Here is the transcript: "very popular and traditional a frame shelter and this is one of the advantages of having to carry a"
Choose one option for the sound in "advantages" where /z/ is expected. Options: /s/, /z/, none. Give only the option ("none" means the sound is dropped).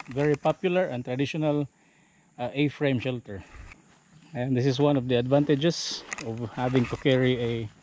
/s/